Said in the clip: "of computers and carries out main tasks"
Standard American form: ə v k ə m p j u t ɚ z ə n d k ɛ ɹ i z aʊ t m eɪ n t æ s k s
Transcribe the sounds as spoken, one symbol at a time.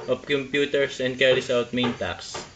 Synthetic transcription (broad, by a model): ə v k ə m p j u t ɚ s ə n d k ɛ ɹ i s aʊ t m eɪ n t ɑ k s